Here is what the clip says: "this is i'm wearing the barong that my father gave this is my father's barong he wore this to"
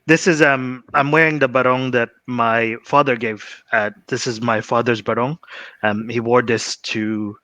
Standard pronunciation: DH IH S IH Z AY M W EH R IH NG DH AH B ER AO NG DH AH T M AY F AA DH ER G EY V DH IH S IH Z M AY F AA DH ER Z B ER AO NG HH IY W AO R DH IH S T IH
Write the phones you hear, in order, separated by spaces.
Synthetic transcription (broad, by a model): DH IH S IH Z AY M W EH R IH NG DH AH B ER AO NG DH AH T M AY F AA DH ER G EY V DH IH S IH Z M AY F AA DH ER Z B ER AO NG HH IY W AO R DH IH S T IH